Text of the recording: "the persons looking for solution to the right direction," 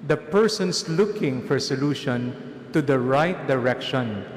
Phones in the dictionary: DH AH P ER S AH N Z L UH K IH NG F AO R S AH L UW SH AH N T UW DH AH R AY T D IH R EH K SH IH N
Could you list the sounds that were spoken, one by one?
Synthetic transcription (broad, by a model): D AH P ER S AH N S L UH K IH NG F AO R S AH L UW SH AH N T UW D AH R AY T D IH R EH K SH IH N